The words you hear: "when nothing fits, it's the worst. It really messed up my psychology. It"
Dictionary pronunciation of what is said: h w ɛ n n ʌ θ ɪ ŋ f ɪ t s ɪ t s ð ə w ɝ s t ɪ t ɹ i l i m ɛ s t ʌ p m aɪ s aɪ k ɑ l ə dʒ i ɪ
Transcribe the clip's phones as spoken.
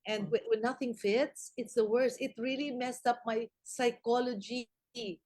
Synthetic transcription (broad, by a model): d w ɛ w n ʌ θ ɪ ŋ f ɪ t s ɪ t s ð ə w ɝ s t ɪ t ɹ i l i m ɛ s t ʌ p m aɪ s aɪ k ɑ l ə dʒ i